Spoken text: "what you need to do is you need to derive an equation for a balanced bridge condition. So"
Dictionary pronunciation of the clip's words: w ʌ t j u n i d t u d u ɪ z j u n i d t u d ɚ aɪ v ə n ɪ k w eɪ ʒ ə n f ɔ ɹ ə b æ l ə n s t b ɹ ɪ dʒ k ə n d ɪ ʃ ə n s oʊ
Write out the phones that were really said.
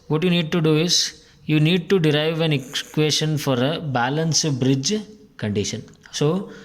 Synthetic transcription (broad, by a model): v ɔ t j u n i d t u d u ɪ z j u n i d t u d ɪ aɪ v ə n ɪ k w eɪ ʃ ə n f ɔ ɹ ə b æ l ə n s b ɹ ɪ dʒ k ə n d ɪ ʃ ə n s oʊ